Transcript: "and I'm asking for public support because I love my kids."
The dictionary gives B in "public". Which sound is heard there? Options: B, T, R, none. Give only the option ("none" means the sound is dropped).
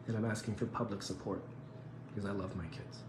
B